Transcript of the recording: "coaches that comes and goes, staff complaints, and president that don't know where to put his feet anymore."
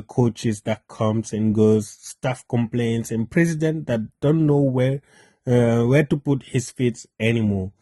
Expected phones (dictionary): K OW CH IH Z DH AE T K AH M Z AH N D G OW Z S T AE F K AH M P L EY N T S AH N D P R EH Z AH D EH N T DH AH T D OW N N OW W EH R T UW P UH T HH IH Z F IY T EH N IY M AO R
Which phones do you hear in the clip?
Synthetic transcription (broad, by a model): K OW CH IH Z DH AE T K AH M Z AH N G OW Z S T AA F K AH M P L EY N T S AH N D P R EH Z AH D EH N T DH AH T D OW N N OW W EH W T UW P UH T HH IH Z F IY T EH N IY M AO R